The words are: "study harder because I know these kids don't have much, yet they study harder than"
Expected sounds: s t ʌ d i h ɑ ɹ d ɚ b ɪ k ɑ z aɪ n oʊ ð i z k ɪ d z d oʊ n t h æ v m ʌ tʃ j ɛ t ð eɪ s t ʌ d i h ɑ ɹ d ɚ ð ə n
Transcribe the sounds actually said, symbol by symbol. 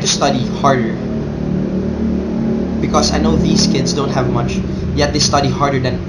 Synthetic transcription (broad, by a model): s t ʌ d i h ɑ ɹ d ɚ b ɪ k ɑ s aɪ n oʊ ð i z k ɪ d s d oʊ n t h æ v m ʌ tʃ j ɛ t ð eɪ s t ʌ d i h ɑ ɹ d ɚ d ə n